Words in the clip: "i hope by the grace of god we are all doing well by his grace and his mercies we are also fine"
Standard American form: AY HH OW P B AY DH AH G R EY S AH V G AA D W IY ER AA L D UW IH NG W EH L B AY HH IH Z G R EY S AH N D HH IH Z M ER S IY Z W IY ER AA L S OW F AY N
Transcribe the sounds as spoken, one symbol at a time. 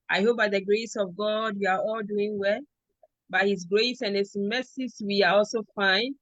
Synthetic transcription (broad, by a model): AY HH OW P B AY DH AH G R EY S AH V G AA D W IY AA AA L D UW IH NG W EH L B AY HH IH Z G R EY S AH N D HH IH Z M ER S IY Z W IY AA AA L S OW F AY N